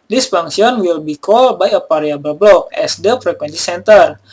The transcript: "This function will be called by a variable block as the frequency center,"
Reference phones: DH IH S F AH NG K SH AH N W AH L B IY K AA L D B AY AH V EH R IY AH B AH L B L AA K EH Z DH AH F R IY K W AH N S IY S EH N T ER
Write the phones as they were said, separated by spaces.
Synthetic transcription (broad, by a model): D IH S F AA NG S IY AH N W AH L B IY K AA L B AY AH P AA R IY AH B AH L B L AA K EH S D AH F R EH K W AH N S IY S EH N T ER